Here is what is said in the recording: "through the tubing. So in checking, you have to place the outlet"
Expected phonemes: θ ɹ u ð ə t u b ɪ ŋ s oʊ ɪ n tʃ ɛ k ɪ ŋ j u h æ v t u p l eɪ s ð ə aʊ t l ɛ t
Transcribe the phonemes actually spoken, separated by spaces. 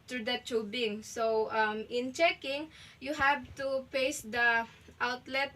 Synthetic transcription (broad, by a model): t ɹ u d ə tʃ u b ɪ ŋ s oʊ ɪ n tʃ ɛ k ɪ ŋ j u h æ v t u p eɪ s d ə aʊ t l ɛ t